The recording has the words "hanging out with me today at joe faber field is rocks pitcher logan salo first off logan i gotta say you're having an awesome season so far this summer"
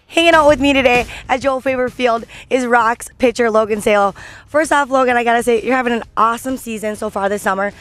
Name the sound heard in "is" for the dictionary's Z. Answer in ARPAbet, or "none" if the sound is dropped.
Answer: Z